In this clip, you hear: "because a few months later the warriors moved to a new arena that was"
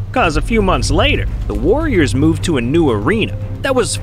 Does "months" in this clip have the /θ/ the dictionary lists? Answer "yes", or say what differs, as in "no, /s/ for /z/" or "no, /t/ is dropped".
yes